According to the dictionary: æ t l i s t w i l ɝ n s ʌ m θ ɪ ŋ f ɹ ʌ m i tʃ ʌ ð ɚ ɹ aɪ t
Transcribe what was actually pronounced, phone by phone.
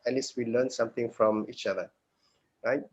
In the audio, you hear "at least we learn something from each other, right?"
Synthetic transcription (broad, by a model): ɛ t l i s t w i l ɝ n s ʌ m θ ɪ ŋ f ɹ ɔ m i tʃ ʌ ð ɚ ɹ aɪ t